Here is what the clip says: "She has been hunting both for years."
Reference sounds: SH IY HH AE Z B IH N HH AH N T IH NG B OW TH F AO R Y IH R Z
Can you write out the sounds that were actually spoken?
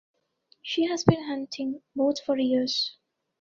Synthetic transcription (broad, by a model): SH IY HH AE Z B IH N HH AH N T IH NG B OW T F AO R Y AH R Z